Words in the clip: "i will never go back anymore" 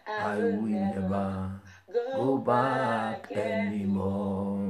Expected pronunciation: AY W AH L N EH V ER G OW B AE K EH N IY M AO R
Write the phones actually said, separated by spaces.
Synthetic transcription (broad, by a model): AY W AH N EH B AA G OW B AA K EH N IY M AO